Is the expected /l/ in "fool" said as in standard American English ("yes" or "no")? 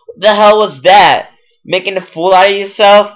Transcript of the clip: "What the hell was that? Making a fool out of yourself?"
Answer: yes